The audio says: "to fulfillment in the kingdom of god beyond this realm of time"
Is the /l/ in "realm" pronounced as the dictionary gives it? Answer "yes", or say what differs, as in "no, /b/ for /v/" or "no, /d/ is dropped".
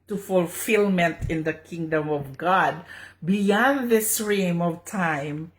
no, /l/ is dropped